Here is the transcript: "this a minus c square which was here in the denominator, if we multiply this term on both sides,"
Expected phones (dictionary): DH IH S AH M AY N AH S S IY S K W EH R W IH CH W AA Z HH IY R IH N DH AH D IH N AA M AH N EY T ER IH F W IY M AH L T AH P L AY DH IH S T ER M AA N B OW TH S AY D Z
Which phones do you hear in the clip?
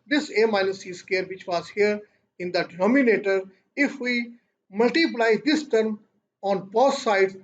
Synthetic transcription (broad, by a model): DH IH S AH M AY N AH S S IY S K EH R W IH CH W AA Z HH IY R IH N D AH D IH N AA M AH N EY T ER IH F W IY M AH L T AH P L AY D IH S T ER M AA N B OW S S AY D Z